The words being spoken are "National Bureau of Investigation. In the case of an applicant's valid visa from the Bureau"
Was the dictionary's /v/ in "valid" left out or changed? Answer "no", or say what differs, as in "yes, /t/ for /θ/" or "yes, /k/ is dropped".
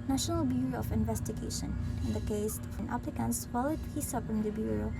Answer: yes, /f/ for /v/